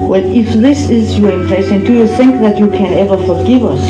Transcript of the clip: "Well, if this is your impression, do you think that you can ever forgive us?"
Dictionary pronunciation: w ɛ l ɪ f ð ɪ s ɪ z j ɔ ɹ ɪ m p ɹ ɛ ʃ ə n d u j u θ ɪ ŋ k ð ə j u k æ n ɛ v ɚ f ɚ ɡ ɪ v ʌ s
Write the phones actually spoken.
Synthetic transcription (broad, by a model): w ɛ l ɪ f ð ɪ s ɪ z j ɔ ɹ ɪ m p l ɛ s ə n d u j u θ ɪ ŋ k ð ə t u k æ n ɛ v ɚ f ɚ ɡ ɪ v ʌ s